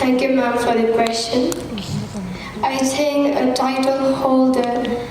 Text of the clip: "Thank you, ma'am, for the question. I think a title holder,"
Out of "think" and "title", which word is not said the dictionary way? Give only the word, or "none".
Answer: think